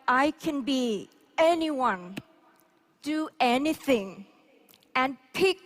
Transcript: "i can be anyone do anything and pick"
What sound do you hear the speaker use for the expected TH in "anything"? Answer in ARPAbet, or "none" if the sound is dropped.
TH